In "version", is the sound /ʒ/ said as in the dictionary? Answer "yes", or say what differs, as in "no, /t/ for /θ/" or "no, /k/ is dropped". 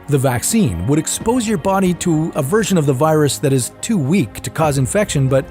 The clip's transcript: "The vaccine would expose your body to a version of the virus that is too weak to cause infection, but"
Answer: yes